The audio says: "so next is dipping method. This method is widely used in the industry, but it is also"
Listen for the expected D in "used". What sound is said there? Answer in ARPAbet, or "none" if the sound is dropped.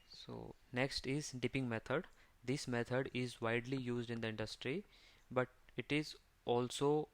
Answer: D